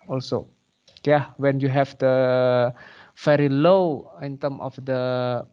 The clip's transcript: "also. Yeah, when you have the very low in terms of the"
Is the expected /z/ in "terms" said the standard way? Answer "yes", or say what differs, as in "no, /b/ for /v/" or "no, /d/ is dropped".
no, /z/ is dropped